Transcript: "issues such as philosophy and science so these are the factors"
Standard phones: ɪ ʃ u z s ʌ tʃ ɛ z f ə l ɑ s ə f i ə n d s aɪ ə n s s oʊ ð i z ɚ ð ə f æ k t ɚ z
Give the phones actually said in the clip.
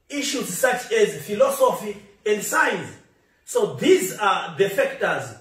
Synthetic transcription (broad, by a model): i ʃ u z s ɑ tʃ ɛ z f ə l ɑ s ə f i ə n d s aɪ n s s oʊ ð i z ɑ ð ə f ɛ k t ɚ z